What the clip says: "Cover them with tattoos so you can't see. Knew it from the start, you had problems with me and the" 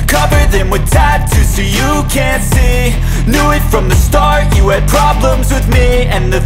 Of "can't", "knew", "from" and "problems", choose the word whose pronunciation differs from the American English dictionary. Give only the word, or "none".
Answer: none